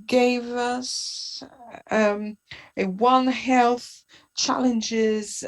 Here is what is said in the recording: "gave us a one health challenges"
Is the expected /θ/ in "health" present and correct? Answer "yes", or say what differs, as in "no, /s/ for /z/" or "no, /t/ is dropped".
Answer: yes